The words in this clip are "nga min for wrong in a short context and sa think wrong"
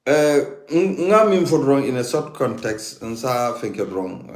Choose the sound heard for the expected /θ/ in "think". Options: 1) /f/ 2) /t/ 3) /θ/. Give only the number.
1